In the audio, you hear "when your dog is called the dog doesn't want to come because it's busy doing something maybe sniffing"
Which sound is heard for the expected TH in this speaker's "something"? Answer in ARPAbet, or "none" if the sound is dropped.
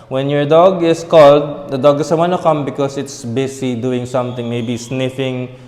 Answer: T